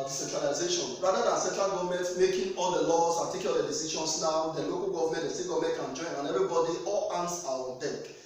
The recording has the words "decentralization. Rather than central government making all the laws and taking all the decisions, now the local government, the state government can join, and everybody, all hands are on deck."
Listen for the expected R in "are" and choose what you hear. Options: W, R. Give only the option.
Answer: W